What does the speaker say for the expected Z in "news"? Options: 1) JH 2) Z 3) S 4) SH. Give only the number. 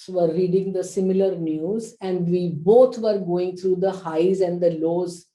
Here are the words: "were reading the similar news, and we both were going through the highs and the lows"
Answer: 2